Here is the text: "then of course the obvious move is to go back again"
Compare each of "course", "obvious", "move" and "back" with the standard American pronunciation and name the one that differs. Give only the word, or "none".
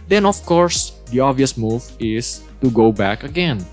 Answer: obvious